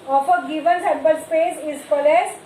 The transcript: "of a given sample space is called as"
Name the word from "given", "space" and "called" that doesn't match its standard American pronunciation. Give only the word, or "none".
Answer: called